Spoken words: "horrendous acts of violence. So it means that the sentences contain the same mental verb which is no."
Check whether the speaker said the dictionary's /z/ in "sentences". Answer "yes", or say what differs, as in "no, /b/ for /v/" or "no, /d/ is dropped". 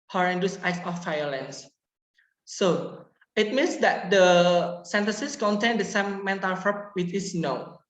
no, /s/ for /z/